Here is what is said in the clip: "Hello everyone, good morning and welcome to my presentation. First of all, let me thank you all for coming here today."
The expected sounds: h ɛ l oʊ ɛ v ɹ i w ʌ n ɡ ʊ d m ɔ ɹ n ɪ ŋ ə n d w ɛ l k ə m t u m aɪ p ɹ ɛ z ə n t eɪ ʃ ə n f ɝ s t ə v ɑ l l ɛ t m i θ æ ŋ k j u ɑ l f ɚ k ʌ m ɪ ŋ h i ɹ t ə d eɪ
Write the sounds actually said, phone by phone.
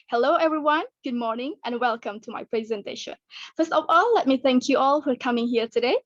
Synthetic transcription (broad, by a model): h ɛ l oʊ ɛ v ɹ i w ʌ n ɡ ʊ d m ɔ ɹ n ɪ ŋ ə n w ɛ l k ə m t u m aɪ p ɹ ɛ z ə n t eɪ ʃ ə n f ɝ s t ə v ɑ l l ɛ t m i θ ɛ ŋ k j u ɑ l f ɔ k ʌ m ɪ ŋ h i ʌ t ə d eɪ